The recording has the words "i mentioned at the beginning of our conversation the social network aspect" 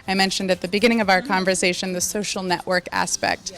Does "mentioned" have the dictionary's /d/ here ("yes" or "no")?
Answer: yes